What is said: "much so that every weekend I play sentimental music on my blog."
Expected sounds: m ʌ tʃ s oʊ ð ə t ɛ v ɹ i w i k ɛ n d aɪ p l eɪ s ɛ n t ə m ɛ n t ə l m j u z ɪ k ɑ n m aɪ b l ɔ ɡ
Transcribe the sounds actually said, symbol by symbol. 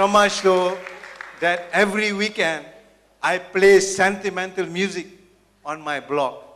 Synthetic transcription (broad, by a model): m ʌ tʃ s oʊ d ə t ɛ v ɹ i w i k ɛ n d aɪ p l eɪ s ɛ n t ə m ɛ n t ə l m j u z ɪ k ɑ n m aɪ b l ɔ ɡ